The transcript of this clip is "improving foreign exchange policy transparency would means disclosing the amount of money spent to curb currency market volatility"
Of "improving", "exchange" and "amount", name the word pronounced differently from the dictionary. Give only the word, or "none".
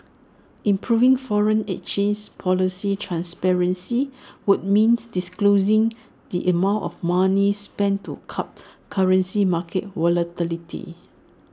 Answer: exchange